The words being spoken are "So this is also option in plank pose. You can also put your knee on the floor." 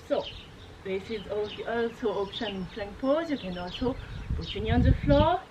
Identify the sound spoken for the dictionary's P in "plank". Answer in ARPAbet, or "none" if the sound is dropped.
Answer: F